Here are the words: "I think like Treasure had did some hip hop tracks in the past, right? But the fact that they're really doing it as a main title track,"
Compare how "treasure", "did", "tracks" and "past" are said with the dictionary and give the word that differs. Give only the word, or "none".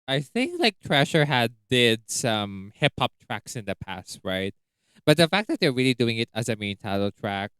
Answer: treasure